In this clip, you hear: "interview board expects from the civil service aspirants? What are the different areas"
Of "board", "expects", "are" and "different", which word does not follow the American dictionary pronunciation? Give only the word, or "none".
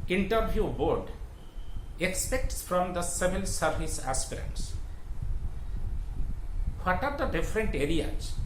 none